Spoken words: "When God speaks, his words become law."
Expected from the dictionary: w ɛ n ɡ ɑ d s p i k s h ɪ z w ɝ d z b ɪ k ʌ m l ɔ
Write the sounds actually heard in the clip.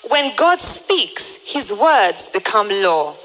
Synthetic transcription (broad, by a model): w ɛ n ɡ ɑ d s p i k s h ɪ z w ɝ d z b ɪ k ʌ m l ɔ